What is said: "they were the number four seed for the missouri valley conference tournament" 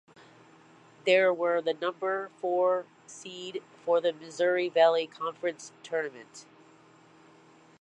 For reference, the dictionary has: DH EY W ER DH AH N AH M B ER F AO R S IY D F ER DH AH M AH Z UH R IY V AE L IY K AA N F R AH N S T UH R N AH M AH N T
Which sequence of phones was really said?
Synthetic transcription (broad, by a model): DH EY W ER DH AH N AH M B ER F AO R S IY D F ER DH AH M AH Z UH R IY V AE L IY K AA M F R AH N S T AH R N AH M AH N T